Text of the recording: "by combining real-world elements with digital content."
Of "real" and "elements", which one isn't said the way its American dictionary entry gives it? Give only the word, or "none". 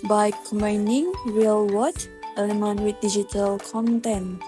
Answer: elements